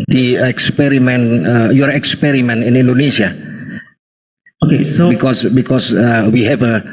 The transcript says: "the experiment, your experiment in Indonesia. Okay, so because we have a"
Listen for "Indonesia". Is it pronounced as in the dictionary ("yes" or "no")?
no